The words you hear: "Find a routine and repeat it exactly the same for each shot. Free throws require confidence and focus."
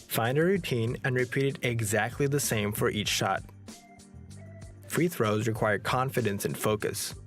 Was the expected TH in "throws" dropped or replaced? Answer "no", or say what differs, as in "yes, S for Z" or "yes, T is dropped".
no